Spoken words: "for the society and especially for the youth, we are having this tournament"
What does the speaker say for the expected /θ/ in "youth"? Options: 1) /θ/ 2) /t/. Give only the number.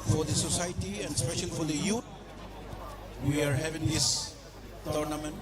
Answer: 2